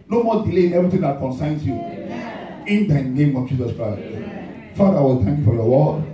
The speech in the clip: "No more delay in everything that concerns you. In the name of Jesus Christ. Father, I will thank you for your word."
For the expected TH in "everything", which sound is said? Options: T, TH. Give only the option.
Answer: T